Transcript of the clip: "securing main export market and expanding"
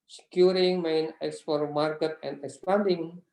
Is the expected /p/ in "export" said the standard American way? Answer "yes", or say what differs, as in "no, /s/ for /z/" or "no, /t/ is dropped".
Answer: no, /f/ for /p/